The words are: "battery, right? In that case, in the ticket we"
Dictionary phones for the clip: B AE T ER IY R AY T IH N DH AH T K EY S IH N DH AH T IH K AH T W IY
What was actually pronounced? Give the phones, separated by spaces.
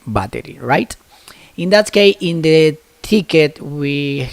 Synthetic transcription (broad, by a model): B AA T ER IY R AY T IH N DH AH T K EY IH N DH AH T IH K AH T W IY